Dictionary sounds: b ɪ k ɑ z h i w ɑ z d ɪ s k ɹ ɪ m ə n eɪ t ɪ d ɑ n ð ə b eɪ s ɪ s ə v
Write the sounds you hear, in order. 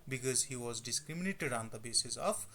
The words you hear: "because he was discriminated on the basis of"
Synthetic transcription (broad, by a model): b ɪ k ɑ z h i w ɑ z d ɪ s k ɹ ɪ m ə n eɪ t ɪ d ɑ n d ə b eɪ s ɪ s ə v